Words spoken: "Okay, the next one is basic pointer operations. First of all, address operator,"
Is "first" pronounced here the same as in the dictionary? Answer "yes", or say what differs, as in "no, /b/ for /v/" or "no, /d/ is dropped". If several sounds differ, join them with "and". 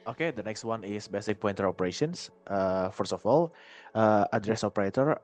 no, /t/ is dropped